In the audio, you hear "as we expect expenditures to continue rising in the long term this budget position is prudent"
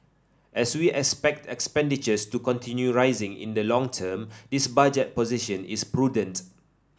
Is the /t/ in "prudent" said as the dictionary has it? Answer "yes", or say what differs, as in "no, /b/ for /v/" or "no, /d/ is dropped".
yes